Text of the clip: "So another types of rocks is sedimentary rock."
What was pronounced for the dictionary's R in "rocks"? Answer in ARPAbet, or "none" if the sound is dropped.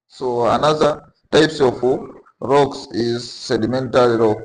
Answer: R